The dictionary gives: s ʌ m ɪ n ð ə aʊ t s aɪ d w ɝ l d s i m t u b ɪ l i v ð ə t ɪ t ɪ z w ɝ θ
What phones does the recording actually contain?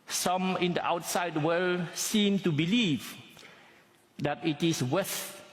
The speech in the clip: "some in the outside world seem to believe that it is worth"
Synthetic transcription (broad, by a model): s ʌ m ɪ n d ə aʊ t s aɪ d w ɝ l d s i m t u b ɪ l i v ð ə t ɪ t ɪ s w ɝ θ